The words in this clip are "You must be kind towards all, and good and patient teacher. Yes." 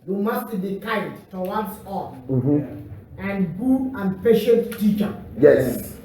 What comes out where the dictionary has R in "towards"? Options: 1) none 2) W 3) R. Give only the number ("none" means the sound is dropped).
2